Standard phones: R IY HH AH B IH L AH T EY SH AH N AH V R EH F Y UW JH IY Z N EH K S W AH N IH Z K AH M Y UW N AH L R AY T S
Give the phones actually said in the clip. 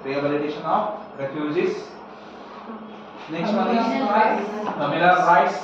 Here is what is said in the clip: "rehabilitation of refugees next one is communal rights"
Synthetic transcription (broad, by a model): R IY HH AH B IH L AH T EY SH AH N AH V R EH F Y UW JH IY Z N EH K S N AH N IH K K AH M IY L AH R AY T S